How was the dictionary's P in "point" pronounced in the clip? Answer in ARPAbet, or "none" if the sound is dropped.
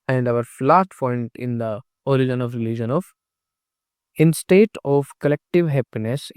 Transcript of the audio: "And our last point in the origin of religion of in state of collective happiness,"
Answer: F